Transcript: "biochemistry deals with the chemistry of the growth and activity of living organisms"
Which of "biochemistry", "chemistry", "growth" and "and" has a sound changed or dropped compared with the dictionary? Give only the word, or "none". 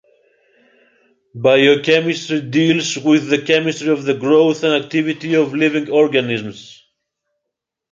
none